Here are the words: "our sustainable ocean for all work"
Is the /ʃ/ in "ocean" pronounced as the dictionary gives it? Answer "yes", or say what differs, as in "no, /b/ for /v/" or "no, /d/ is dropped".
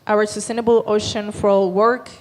yes